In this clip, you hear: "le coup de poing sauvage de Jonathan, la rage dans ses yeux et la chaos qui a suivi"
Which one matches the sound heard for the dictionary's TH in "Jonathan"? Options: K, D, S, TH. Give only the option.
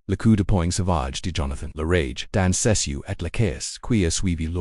TH